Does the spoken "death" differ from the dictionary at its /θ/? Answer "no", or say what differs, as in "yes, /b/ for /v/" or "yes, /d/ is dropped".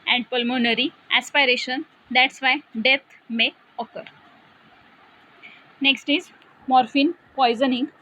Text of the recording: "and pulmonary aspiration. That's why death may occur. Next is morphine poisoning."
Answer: yes, /t/ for /θ/